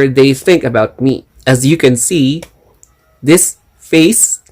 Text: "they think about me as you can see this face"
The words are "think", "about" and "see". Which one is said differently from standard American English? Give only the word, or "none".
none